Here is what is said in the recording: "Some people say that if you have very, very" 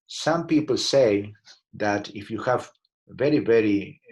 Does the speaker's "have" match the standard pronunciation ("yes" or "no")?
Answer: yes